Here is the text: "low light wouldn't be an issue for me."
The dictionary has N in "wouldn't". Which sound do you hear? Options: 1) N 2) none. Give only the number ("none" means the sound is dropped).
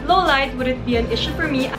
2